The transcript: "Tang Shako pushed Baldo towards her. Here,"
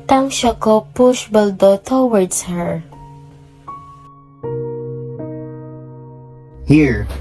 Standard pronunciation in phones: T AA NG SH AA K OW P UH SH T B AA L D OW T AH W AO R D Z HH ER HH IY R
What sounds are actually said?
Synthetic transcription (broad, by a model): T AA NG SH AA K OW P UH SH B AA L D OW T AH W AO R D S HH ER HH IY R